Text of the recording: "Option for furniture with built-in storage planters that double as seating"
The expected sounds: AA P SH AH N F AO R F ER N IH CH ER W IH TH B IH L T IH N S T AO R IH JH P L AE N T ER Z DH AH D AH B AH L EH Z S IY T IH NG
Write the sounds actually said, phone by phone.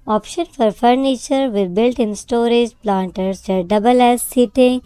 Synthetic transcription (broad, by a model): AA P SH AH N F AO R F ER N IH CH ER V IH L B IH L T IH N S T AO R IH JH P L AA N T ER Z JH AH D AH B AH L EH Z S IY T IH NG